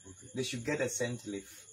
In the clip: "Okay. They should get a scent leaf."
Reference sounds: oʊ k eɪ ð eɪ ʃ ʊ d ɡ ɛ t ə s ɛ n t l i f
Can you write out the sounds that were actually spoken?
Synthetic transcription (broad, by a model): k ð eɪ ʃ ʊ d ɡ ɛ t ə s ɛ n t l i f